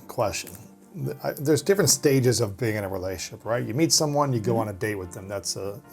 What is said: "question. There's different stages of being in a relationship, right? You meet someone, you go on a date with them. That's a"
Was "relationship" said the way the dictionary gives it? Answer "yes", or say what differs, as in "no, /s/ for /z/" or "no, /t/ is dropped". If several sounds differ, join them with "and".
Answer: no, /ʃ/ is dropped and /n/ is dropped